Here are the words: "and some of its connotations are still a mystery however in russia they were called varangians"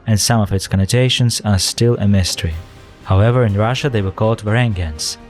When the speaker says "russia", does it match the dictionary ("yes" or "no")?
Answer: yes